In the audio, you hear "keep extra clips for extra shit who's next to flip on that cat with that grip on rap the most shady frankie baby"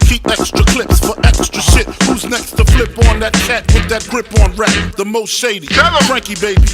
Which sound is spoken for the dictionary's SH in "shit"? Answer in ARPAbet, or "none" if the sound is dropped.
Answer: S